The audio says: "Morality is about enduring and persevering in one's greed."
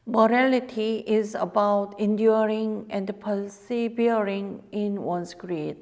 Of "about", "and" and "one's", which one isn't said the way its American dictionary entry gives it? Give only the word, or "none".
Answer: one's